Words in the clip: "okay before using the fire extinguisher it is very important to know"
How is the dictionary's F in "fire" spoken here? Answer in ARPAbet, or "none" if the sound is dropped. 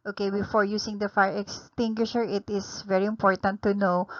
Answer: F